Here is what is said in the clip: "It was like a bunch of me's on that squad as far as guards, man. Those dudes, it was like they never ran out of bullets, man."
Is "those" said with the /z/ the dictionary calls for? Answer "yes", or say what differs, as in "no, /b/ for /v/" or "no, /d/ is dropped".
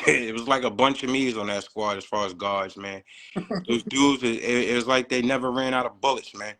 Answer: yes